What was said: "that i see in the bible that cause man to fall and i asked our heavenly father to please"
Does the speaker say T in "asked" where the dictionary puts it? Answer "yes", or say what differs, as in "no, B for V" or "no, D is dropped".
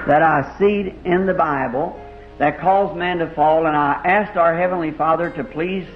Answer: yes